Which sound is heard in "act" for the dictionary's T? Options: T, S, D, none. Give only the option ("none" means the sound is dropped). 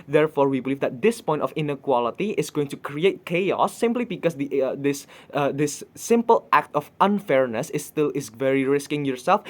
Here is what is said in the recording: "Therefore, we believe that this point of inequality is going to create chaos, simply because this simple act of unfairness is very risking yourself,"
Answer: T